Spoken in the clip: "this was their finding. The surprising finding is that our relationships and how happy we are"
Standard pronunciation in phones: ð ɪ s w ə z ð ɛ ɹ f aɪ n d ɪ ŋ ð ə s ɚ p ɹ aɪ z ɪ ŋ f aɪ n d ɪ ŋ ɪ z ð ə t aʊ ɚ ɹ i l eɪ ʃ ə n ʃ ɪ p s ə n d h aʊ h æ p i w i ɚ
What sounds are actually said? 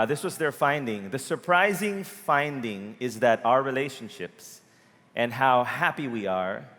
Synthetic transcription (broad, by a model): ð ɪ s w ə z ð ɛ ɹ f aɪ n d ɪ ŋ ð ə s ɚ p ɹ aɪ z ɪ ŋ f aɪ n d ɪ ŋ ɪ z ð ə t aʊ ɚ ɹ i l eɪ ʃ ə n ʃ ɪ p s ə n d h aʊ h æ p i w i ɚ